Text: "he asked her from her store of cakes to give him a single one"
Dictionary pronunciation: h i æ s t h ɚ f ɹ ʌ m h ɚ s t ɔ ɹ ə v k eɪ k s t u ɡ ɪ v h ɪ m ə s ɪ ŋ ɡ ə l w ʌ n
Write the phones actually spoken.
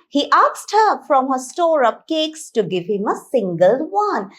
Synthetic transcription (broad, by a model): h i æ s t h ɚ f ɹ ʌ m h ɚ s t ɔ ɹ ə p k eɪ k s t u ɡ ɪ v h ɪ m ə s ɪ ŋ ɡ ə l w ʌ n